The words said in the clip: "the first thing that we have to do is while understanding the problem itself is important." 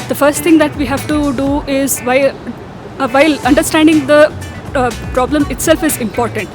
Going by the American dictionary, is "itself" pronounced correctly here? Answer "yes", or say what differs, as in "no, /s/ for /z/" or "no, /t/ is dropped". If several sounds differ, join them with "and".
yes